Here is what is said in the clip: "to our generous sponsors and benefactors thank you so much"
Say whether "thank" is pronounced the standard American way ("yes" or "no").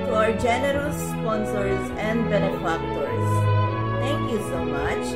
no